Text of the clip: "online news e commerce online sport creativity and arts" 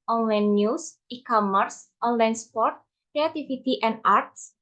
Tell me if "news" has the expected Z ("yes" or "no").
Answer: no